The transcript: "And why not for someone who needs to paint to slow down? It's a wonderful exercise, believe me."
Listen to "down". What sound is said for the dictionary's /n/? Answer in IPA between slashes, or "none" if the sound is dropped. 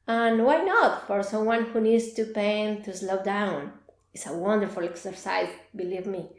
/n/